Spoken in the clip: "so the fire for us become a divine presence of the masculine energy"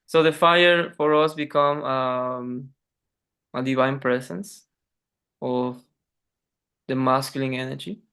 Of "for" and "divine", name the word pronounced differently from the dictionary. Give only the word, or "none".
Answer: none